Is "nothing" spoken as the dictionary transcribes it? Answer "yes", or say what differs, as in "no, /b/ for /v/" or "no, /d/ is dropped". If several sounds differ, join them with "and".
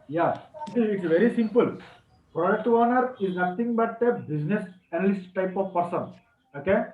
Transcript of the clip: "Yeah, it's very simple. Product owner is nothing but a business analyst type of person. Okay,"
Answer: no, /t/ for /θ/